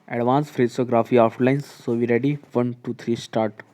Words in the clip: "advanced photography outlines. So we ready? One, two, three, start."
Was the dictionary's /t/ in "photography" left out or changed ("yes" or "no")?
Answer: yes